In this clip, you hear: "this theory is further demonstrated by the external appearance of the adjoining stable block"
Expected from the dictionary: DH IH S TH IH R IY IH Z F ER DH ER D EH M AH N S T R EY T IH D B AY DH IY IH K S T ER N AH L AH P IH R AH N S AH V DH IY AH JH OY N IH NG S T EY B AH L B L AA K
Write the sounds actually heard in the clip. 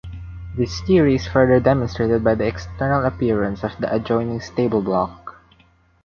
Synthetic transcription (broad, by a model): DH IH S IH R IY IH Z F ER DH ER D EH M AH N S T R EY T IH D B AY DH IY IH K S T ER N AH L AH P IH R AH N S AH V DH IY AH JH OY N IH NG S T EY B AH L B L AA K